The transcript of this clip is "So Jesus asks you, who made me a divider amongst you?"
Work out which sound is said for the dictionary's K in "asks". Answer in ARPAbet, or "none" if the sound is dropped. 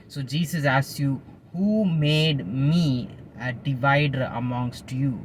none